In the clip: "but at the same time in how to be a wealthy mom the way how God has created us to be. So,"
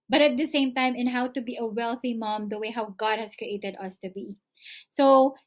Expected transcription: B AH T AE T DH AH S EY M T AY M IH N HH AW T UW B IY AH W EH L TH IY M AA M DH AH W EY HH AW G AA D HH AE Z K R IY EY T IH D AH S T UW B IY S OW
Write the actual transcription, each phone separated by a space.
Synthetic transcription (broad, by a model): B AH T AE T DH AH S EY M T AY M IH N HH AW T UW B IY AH W EH L TH IY M AA M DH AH W EY HH AW G AA D HH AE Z K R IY EY T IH D AH S T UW B IY S OW